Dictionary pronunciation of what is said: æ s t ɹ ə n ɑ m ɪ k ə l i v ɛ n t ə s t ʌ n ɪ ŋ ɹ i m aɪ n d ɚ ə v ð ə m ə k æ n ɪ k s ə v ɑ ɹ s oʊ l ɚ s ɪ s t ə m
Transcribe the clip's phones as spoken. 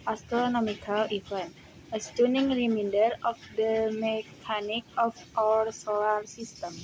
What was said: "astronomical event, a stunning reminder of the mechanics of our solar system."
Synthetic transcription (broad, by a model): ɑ s t ɹ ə n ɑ m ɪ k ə l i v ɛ n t ə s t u n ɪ ŋ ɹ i m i n d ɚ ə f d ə m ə k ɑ n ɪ k ə f ɑ ɹ s oʊ l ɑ s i s t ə m